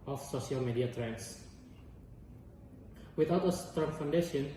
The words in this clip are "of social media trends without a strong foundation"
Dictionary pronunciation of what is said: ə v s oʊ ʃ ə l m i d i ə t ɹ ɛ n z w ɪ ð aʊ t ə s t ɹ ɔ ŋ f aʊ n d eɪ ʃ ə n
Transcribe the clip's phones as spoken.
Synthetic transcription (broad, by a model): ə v s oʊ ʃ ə l m i d i ə t ɹ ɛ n s w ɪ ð aʊ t ə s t ɔ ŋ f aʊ n d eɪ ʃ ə n